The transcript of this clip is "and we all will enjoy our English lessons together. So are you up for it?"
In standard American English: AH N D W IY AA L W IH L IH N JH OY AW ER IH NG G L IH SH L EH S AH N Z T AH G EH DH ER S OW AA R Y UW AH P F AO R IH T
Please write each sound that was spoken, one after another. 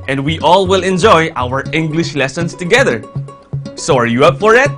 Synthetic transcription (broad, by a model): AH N D W IY AA L W IH L IH N JH OY AW ER IH NG G L IH SH L EH S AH N S T AH G EH DH ER S OW AA R Y UW AH P F AO R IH T